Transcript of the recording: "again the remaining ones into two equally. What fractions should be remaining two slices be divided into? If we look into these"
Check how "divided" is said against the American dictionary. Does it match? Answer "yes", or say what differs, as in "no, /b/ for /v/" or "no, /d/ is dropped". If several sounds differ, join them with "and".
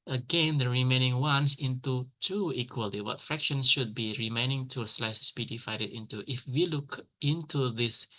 no, /f/ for /v/